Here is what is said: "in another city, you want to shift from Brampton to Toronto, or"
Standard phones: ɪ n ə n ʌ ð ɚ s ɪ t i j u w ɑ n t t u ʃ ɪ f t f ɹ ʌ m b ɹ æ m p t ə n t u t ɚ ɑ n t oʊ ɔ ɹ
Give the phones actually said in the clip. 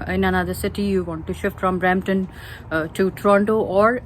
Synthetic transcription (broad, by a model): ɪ n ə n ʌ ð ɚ s ɪ t i j u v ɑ n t t u ʃ ɪ f t f ɹ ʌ m ɹ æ m t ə n t u t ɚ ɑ n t oʊ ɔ ɹ